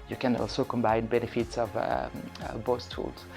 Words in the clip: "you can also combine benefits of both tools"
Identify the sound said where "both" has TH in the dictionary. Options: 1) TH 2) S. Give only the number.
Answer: 2